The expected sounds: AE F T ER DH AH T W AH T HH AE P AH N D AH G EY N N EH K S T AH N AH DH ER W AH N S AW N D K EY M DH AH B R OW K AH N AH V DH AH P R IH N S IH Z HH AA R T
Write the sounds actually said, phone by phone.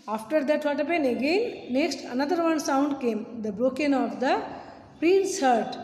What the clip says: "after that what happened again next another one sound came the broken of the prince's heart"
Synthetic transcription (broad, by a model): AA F T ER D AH T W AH T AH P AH N AH G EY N N EH K S T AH N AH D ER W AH N S AW N D K EY M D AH B R OW K AH N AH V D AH P R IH N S HH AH R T